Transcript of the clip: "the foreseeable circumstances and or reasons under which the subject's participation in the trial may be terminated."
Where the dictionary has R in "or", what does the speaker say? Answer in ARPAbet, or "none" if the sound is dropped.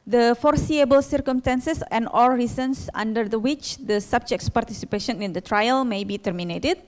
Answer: L